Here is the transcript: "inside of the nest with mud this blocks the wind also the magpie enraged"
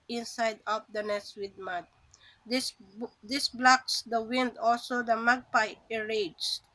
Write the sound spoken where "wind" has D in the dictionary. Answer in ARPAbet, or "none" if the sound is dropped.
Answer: D